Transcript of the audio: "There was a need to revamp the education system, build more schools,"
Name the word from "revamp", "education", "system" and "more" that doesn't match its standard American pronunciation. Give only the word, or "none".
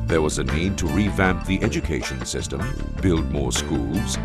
none